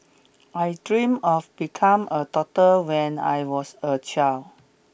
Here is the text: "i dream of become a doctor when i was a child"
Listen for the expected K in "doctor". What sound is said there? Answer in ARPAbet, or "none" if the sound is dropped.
none